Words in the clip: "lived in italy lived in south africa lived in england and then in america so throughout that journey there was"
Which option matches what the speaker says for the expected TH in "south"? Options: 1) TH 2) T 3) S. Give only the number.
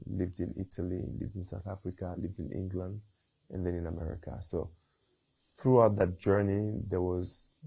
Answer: 1